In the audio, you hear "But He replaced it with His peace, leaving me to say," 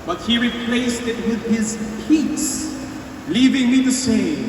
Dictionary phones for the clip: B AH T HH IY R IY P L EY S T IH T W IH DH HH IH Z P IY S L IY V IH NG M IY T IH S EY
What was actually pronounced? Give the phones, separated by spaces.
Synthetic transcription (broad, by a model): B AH T HH IY R IY P L EY S T IH T W IH DH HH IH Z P IY S L IY V IH NG M IY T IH S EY